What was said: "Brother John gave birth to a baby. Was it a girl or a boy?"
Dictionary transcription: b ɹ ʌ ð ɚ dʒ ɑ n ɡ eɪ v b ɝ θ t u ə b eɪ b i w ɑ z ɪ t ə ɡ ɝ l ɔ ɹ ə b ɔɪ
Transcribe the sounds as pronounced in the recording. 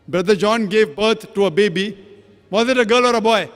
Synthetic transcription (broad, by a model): b ɹ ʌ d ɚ dʒ ɑ n ɡ eɪ v b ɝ t t u ə b eɪ b i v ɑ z ɪ t ə ɡ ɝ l ɔ ɹ ə b ɔɪ